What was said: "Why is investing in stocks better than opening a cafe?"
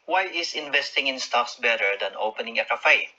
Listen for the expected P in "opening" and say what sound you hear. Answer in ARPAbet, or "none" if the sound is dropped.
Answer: P